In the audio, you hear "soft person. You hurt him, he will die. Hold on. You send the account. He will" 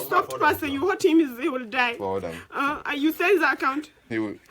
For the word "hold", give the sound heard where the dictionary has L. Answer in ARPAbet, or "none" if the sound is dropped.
none